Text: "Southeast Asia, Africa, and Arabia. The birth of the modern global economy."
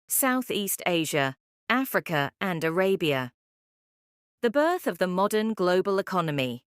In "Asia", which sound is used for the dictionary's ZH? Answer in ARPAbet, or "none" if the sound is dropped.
ZH